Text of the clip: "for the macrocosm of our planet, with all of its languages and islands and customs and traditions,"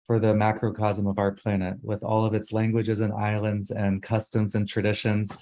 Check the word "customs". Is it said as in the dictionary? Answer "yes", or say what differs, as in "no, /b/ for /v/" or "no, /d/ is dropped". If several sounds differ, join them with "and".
yes